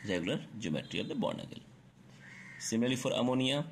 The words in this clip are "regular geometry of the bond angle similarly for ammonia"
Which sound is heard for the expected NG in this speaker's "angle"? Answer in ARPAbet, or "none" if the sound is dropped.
none